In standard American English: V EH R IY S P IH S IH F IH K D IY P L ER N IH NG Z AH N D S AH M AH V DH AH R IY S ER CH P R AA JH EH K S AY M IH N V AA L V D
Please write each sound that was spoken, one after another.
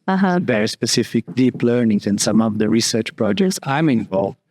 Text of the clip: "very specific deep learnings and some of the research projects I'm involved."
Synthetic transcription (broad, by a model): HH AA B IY S P IH S IH F IH K D IY P L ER N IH NG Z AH N S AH M AH V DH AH R IY S ER CH P R AA JH EH K S AY M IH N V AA L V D